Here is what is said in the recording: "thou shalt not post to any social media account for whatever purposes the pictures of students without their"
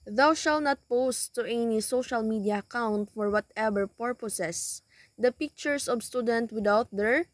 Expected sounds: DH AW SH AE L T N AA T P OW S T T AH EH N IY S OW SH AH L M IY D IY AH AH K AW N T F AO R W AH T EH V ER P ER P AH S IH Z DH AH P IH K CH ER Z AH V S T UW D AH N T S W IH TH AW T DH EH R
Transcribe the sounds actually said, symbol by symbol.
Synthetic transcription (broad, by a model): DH AW SH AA L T N AA T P OW S T T EH N IY S OW SH AH L M IY D IY AH AH K AW N T F AO R W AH T EH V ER P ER P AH S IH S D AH P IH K CH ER S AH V S T UW D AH N T W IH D AW T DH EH R